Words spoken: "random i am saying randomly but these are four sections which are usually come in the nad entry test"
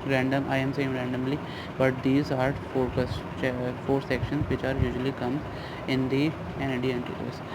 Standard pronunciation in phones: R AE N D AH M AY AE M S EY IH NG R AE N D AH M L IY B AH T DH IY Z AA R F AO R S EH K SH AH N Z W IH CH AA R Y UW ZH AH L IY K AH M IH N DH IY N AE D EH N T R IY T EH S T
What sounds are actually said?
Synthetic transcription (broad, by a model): R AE N D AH M AY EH M S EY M R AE N D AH M L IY B AH T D IY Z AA R F AO R S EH K SH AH N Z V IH CH AA R Y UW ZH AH L IY K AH M IH N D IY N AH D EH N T IY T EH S